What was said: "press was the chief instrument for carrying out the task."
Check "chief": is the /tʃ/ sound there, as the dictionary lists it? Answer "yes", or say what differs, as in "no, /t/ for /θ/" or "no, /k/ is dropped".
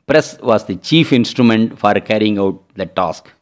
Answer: yes